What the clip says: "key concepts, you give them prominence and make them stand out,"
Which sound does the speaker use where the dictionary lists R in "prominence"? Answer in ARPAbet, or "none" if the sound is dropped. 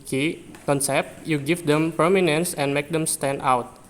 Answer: none